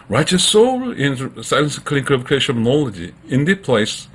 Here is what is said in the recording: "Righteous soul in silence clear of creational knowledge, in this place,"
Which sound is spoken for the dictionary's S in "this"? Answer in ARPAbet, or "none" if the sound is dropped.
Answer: none